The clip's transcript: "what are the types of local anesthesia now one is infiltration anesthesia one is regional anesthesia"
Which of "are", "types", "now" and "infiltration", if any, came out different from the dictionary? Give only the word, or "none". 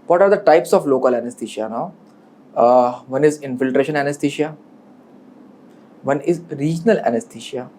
none